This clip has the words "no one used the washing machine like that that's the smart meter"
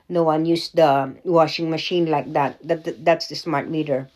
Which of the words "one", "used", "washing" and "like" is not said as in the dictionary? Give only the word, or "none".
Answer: used